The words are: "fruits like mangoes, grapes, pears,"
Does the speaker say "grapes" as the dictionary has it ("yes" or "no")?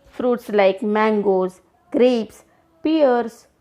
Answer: yes